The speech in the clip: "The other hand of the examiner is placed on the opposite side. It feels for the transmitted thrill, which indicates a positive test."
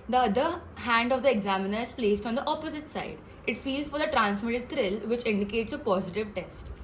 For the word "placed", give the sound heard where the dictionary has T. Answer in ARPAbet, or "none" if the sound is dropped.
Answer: T